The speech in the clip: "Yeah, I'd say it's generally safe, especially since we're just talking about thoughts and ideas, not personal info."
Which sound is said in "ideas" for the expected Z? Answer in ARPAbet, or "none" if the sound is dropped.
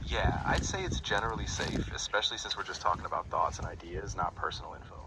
Z